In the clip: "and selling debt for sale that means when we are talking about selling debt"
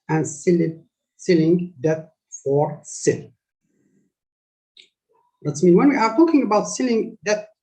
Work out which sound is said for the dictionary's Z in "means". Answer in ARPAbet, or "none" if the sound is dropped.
none